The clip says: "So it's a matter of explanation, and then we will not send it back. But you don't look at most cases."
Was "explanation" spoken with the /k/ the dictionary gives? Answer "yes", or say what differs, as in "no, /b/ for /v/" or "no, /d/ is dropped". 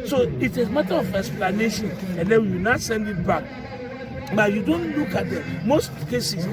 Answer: no, /k/ is dropped